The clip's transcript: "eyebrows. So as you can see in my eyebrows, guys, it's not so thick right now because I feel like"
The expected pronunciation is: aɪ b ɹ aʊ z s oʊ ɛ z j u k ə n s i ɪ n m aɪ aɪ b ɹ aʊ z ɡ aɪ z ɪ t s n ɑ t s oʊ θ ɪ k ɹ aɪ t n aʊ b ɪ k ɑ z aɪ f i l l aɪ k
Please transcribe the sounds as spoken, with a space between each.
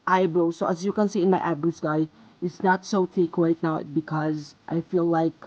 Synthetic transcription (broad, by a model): aɪ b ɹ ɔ s oʊ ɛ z j u k ə n s i ɪ n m aɪ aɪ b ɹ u s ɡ aɪ ɪ t s n ɑ t s oʊ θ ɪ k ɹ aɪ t n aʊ b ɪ k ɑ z aɪ f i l l aɪ k